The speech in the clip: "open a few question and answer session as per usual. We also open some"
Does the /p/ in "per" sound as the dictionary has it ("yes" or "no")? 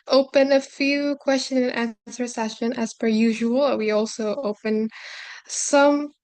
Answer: no